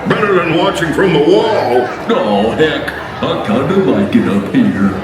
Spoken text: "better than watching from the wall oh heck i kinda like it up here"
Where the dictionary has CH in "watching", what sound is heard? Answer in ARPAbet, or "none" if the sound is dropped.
CH